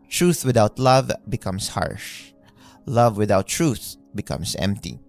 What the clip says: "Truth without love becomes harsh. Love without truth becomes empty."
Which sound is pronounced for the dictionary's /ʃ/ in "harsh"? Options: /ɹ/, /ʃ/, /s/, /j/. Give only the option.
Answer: /ʃ/